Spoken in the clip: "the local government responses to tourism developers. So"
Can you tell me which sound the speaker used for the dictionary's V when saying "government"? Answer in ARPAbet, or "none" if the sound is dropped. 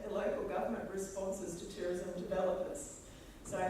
V